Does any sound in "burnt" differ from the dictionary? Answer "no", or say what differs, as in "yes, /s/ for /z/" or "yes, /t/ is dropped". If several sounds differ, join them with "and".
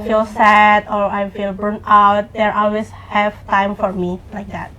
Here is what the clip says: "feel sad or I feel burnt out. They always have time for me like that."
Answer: yes, /t/ is dropped